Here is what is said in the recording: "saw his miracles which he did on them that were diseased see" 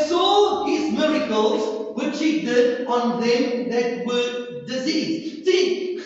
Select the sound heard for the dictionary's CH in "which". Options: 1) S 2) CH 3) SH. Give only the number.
2